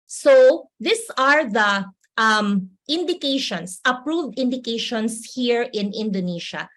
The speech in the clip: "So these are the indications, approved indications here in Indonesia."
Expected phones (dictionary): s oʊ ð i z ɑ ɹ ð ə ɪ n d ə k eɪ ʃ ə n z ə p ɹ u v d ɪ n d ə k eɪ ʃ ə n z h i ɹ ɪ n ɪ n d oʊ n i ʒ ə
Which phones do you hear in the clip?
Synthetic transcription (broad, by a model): s oʊ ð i s ɑ ɹ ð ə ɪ n d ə k eɪ ʃ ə n s ə p ɹ u v d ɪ n d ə k eɪ ʃ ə n s h i ɹ ɪ n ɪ n d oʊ n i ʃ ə